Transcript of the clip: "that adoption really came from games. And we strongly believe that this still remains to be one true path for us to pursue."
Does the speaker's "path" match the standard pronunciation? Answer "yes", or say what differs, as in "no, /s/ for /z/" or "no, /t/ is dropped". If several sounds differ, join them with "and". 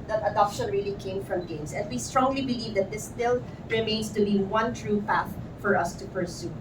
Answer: yes